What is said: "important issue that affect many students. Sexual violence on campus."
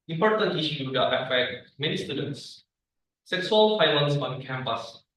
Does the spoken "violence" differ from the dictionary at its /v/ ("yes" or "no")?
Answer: yes